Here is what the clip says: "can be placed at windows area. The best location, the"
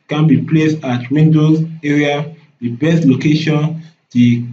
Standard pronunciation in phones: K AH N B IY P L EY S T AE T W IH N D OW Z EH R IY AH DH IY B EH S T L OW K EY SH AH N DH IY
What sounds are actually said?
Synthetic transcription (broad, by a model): K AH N B IY P L EY S T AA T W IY N D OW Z EH R IY AH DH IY B EH S T L OW K EY SH AH N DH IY